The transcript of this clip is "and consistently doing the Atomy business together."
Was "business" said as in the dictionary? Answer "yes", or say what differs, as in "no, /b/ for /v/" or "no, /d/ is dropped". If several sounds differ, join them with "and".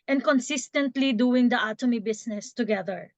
no, /s/ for /z/